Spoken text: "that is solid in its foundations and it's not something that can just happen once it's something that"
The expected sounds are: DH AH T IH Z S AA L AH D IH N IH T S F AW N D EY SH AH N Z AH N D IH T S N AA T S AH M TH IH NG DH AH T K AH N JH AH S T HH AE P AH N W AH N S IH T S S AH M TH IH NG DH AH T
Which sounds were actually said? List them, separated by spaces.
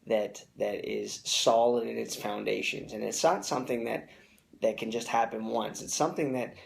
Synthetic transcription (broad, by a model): DH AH T IH Z S AA L AH D IH N IH T S F AW N D EY SH AH N Z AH N IH T S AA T S AH M TH IH NG DH AH T K AH N JH AH S T HH AE P AH N W AH N S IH T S S AH M TH IH NG DH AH T